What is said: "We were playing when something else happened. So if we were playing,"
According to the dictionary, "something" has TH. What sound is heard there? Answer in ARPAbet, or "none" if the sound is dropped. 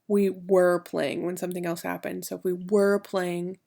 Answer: TH